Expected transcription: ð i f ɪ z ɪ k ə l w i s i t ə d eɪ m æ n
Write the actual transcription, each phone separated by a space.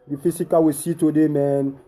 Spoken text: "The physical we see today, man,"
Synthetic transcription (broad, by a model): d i f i s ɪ k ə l w i s i t ə d eɪ m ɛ n